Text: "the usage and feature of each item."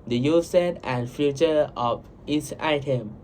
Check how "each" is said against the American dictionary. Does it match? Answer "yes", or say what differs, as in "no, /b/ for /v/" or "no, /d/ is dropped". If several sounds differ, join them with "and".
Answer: no, /s/ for /tʃ/